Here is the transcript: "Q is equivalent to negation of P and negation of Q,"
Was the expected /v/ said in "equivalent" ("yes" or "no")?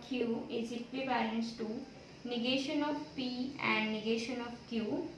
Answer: no